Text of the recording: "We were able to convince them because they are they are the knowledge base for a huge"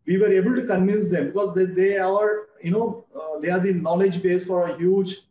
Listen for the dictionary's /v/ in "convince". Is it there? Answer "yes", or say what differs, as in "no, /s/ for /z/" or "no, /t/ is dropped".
yes